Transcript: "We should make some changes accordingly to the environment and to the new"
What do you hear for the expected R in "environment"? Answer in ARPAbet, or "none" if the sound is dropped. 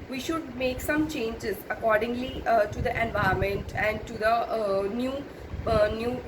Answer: none